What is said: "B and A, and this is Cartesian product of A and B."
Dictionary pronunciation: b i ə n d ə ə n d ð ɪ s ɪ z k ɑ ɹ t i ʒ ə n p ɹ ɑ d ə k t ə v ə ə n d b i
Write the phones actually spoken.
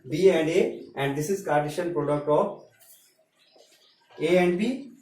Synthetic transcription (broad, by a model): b i ə n d ə ə n d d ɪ s ɪ z k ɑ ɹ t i ʃ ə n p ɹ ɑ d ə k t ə p ə ə n d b i